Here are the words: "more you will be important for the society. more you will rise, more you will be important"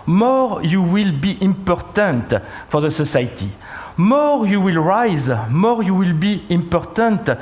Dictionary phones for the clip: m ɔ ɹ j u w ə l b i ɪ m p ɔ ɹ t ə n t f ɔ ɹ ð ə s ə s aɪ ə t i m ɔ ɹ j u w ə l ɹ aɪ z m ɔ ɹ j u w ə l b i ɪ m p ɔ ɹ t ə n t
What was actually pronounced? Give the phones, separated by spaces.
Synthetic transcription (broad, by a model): m ɔ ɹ j u w ə l b i ɪ m p ɔ ɹ t ə n t f ɔ ɹ ð ə s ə s aɪ t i m ɔ ɹ j u w ə l ɹ aɪ z m ɔ ɹ j u w ə l b i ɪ m p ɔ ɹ t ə n t